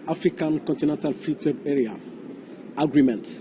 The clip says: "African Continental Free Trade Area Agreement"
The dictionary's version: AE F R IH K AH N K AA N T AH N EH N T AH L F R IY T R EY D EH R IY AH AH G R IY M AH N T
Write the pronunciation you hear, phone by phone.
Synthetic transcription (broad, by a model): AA F R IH K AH N K AA N T AH N EH N T AH L F IY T W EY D EH R IY AH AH G R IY M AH N T